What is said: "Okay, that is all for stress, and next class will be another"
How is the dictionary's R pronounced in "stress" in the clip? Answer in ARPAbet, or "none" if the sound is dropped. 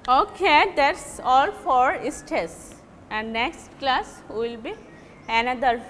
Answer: none